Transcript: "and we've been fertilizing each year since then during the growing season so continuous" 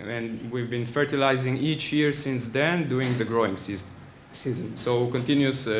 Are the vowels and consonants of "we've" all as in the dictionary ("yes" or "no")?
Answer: yes